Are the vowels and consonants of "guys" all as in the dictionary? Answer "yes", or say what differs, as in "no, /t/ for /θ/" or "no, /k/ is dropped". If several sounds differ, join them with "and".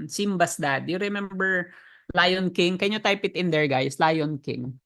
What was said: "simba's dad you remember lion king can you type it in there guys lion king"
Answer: no, /s/ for /z/